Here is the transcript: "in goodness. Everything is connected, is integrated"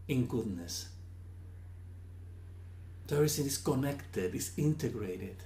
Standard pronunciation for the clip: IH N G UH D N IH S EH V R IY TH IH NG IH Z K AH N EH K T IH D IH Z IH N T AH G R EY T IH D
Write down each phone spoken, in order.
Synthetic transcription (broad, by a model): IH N G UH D N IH S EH R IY S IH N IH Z K AH N EH K T IH D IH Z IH N T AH G R EY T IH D